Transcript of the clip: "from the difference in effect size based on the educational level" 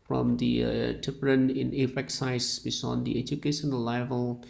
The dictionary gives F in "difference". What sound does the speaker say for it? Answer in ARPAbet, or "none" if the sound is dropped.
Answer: P